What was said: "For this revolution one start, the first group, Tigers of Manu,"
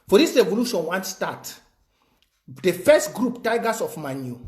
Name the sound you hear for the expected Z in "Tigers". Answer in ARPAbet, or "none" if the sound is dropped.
S